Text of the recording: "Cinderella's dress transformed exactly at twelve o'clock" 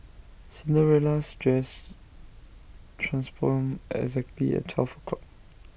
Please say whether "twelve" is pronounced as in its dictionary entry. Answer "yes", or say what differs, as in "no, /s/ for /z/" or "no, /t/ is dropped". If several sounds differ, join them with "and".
no, /f/ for /v/